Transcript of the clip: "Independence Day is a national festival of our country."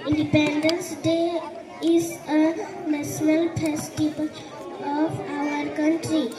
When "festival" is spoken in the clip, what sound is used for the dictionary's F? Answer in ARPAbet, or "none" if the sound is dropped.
P